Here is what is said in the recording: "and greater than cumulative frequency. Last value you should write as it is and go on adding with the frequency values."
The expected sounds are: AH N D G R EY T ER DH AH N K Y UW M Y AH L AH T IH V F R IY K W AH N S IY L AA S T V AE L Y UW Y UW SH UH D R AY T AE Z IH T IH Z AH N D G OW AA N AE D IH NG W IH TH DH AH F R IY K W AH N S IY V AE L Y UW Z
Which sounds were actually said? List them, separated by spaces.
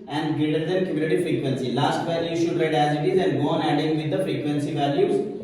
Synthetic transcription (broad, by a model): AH N D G EY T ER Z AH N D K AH M Y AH N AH T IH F R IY K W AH N S IY L AA S T V AE L Y UW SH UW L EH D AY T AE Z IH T IH Z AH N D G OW AA N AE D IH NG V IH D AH F R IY K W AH N S IY V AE L Y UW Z